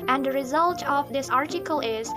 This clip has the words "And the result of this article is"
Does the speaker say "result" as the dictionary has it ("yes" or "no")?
yes